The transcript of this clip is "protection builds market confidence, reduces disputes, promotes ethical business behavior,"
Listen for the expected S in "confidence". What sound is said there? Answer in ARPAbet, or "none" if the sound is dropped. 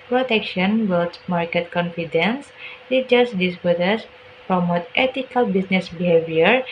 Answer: S